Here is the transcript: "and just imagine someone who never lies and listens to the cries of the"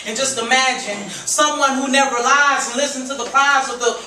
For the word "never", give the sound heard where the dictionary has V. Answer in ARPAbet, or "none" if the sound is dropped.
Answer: V